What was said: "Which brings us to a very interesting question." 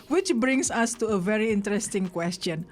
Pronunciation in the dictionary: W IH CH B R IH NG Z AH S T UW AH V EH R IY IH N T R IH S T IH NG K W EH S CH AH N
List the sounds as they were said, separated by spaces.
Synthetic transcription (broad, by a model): W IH CH B R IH NG S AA S T UW AH V EH R IY IH N T R IH S T IH NG K W EH S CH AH N